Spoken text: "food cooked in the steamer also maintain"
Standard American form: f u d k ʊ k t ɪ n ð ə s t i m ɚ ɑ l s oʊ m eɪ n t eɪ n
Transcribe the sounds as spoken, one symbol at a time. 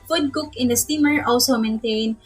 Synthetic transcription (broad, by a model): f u d k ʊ k ɪ n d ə s t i m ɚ ɑ l s oʊ m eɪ n t eɪ n